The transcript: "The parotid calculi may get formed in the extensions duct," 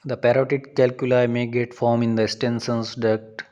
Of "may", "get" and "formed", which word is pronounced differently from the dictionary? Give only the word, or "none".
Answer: formed